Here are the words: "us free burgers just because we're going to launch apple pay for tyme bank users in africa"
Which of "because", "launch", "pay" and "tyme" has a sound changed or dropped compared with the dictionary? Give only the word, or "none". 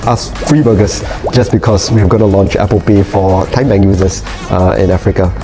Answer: because